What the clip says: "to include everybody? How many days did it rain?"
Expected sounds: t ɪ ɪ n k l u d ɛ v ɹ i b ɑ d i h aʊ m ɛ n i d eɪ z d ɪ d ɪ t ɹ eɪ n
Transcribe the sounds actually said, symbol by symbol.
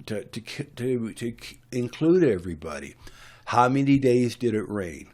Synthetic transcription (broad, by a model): t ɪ ɪ n k l u d ɛ v ɹ i b ɑ d i h aʊ m ɛ n i d eɪ z d ɪ d ɪ t ɹ eɪ n